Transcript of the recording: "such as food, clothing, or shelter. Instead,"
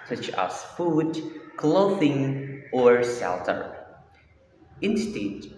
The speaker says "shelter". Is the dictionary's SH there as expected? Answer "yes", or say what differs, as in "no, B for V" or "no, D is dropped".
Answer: no, S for SH